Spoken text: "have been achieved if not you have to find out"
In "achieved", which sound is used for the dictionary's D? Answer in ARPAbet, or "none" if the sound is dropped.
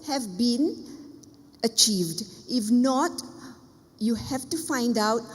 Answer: D